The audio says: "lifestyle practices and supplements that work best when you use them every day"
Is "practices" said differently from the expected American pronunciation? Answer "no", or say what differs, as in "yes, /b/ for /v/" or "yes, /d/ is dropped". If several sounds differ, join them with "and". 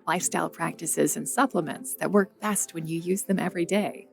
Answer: no